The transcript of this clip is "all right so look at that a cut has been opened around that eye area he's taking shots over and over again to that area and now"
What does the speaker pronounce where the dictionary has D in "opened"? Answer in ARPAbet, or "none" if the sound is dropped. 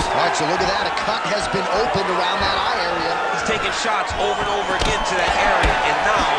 D